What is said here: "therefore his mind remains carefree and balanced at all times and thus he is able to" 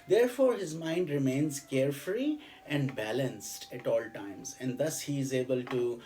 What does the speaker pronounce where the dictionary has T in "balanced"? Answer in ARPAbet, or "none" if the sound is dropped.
T